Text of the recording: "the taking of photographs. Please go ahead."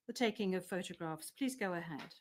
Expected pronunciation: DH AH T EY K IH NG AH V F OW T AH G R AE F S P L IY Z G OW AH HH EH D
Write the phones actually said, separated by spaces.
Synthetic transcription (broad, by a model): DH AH T EY K IH NG AH V F OW T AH G R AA F S P L IY Z G OW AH HH EH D